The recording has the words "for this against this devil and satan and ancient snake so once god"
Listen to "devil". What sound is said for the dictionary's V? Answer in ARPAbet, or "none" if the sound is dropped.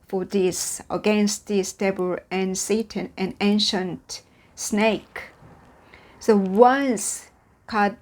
B